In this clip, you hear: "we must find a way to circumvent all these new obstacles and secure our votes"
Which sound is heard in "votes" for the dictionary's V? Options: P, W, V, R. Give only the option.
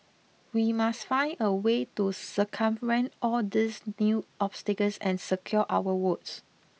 W